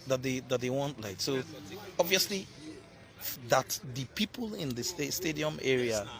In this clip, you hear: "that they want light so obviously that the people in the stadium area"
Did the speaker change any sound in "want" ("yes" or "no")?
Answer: no